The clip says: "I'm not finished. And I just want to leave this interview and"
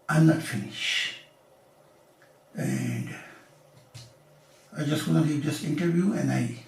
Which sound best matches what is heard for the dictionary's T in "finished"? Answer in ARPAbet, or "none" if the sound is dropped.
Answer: none